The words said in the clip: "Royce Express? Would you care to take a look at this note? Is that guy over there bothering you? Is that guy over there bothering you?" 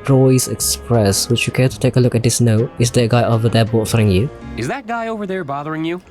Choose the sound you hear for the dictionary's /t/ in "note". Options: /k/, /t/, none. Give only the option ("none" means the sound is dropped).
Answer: none